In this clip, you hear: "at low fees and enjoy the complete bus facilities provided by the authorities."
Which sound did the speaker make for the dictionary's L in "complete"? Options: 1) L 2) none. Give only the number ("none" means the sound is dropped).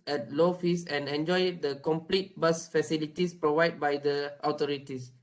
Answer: 1